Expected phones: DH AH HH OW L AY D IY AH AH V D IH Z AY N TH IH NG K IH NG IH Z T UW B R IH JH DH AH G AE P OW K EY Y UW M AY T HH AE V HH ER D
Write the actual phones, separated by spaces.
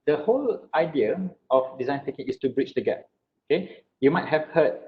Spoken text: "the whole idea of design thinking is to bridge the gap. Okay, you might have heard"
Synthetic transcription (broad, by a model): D AH HH OW L AY D IY AH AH F D IH Z AY N T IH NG K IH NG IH S T UW B R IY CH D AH G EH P OW K EY Y UW M AY T HH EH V HH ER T